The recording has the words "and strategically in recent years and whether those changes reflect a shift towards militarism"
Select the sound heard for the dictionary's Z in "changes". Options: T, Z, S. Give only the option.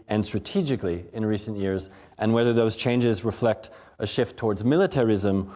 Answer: Z